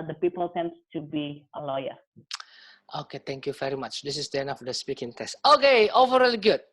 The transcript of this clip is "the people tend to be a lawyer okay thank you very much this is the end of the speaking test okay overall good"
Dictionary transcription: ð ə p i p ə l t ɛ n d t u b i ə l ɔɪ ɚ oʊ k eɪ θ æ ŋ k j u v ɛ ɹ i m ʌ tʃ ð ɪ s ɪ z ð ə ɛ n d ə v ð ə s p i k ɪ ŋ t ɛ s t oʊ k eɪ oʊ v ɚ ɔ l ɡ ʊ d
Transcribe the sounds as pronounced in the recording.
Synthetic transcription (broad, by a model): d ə p i p ə l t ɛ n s t u b i ə l ɔɪ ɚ oʊ k eɪ t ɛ ŋ k j u v ɛ ɹ i m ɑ tʃ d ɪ s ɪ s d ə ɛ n ə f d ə s p i k ɪ ŋ t ɛ s t oʊ k eɪ oʊ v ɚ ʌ l ɡ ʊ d